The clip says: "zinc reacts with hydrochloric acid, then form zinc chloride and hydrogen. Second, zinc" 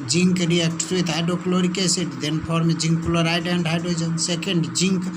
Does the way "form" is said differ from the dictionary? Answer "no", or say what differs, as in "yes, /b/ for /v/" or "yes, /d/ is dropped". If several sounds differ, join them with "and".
yes, /p/ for /f/